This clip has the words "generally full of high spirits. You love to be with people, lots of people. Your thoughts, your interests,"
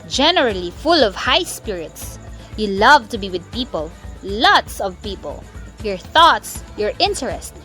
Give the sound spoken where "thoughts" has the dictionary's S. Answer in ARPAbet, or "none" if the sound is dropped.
S